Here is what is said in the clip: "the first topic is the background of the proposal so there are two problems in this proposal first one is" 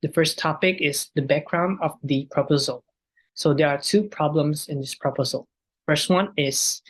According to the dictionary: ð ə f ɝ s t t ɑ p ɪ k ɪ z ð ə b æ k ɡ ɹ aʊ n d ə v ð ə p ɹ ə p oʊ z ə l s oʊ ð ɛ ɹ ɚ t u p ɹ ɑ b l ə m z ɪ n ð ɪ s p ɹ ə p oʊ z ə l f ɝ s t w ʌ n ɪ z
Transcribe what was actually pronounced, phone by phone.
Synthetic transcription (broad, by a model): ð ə f ɝ s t t ɑ p ɪ k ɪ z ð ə b æ k ɡ ɹ aʊ n d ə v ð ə p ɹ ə p oʊ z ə l s oʊ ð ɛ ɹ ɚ t u p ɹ ɑ b l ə m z ɪ n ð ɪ s p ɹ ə p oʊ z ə l f ɝ s t w ʌ n ɪ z